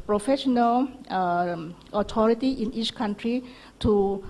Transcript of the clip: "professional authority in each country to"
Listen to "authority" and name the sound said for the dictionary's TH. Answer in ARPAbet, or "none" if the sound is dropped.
T